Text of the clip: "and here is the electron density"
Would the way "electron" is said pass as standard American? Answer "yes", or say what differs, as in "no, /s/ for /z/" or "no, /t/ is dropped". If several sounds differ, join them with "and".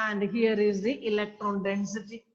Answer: yes